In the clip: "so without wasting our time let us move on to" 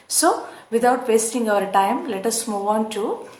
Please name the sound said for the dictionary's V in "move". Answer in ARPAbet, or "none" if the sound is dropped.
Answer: V